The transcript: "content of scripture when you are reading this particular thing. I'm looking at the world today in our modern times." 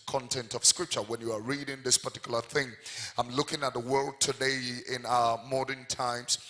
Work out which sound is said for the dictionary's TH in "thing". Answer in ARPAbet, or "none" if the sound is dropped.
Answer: TH